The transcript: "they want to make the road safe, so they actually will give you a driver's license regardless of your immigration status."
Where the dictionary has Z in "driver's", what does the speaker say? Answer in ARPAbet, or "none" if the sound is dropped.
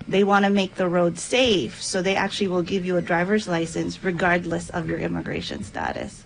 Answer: Z